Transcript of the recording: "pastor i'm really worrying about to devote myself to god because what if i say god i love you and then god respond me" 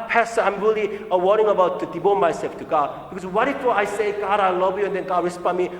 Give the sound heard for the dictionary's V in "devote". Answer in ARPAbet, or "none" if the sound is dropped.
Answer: B